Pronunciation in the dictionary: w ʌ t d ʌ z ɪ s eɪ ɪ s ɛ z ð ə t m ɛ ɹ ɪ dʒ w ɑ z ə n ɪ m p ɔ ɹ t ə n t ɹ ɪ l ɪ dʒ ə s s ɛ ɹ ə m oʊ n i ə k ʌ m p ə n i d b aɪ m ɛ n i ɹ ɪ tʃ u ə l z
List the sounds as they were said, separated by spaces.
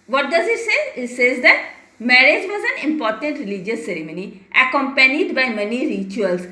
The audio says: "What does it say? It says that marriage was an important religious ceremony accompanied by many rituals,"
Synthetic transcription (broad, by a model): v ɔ t d ʌ z ɪ s eɪ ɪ s ɛ z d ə t m ɛ ɹ ɪ dʒ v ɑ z ə n ɪ m p ɔ ɹ t ə n t ɹ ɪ l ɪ dʒ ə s s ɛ ɹ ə m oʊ n i ə k ʌ m p ə n i d b aɪ m ɛ n i ɹ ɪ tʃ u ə l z